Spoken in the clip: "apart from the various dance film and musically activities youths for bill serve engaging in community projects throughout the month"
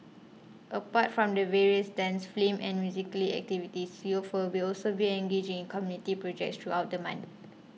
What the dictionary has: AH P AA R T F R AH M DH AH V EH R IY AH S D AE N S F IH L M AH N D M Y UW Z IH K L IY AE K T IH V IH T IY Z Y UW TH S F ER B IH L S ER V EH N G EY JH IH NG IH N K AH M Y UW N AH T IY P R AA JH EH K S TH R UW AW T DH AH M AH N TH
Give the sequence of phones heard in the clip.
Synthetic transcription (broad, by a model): AH P AA T F R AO M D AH V EH R IY AH S D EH N S F L M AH N M Y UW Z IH K L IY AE K T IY V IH T IY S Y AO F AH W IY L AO L S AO B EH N G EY JH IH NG IH N K AH M Y UW N AH T IY P R AA JH EH K S T R UW AW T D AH M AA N